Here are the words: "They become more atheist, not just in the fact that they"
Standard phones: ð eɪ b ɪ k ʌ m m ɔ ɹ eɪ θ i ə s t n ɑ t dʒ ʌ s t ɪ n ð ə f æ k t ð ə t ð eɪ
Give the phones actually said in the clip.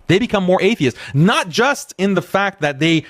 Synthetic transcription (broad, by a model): ð eɪ b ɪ k ʌ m m ɔ ɹ eɪ θ i ə s t n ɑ t dʒ ʌ s t ɪ n ð ə f æ k t ð ə t ð eɪ